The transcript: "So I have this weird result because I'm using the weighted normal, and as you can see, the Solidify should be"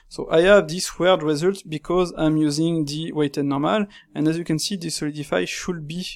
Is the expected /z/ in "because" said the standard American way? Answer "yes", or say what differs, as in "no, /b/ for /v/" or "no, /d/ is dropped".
yes